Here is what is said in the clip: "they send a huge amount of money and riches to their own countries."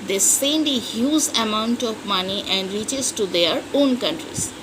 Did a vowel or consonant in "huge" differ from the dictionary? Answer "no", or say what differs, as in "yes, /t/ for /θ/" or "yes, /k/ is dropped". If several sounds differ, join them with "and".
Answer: yes, /z/ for /dʒ/